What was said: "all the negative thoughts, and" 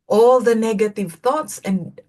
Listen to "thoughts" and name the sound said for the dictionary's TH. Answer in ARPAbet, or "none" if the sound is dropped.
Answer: TH